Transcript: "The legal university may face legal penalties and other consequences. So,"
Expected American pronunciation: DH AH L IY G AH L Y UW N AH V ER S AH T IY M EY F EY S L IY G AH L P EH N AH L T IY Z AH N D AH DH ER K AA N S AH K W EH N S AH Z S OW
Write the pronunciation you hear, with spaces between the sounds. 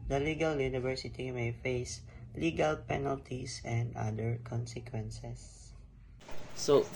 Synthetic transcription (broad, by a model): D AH L IY G AH L Y UW N AH V ER S AH T IY M EY F EY S L IY G AH L P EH N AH L T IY S AH N D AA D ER K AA N S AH K W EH N S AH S S OW